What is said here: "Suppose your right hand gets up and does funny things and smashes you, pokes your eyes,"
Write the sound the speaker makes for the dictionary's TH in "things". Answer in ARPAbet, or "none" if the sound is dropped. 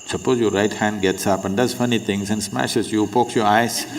T